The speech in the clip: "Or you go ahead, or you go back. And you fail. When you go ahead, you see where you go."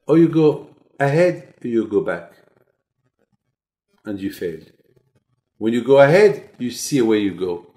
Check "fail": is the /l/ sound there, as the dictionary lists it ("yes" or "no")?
yes